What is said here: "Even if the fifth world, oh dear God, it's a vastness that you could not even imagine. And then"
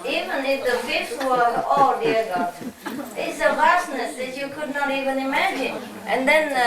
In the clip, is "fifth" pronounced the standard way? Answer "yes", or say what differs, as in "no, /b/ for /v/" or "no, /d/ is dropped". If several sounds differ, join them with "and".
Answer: no, /s/ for /θ/